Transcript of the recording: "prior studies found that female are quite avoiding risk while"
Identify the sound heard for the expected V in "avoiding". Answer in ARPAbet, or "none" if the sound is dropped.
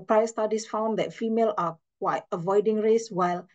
V